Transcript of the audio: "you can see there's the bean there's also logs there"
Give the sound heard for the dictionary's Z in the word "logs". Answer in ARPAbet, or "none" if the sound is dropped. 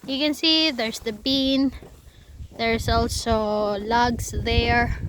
S